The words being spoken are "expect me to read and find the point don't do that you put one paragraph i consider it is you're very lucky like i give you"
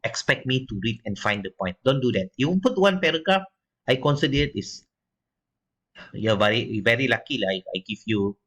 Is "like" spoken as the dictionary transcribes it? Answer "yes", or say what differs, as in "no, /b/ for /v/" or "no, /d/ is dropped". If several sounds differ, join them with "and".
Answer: no, /k/ is dropped